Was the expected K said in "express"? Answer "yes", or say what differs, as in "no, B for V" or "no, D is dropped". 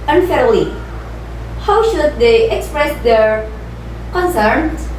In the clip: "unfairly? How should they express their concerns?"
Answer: yes